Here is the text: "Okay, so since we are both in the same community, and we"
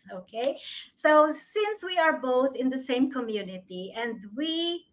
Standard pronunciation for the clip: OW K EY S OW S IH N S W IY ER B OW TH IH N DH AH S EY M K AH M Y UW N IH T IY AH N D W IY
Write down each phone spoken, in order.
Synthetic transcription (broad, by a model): OW K EY S OW S IH N S W IY ER B OW TH IH N DH AH S EY M K AH M Y UW N IH T IY AH N D W IY